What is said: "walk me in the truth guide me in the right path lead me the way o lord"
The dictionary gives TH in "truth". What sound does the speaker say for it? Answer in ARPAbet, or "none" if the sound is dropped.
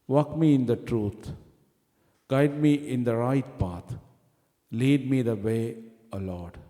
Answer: T